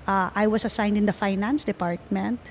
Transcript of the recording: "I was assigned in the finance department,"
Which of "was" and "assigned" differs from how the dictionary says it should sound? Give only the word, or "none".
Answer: was